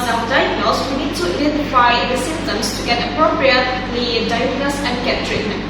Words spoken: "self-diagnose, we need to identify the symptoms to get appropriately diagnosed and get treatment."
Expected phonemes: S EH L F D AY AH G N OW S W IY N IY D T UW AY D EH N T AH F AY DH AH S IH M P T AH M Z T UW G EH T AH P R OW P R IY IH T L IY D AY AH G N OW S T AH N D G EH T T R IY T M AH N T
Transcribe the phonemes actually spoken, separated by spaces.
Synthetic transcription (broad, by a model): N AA D AY AH G N OW S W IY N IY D T UW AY D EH N T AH F AY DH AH S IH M T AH M S T UW G EH T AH P R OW P R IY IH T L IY D AY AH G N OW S AH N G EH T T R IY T M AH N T